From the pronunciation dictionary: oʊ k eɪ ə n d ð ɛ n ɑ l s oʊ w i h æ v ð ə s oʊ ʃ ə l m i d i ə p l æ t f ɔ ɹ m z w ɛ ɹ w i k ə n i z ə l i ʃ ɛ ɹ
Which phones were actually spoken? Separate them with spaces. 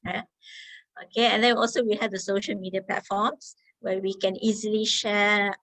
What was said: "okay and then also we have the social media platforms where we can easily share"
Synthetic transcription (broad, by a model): oʊ k eɪ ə n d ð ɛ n ɑ l s oʊ w i h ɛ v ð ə s oʊ ʃ ə l m i d i ə p l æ t f ɔ m s w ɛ w i k ə n i z ə l i ʃ ɛ